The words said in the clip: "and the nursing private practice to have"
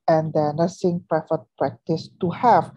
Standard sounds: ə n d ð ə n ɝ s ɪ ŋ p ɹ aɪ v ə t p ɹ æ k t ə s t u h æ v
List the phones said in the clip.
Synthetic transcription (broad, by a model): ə n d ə n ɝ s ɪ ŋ p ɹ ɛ f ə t p ɹ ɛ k t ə s t u h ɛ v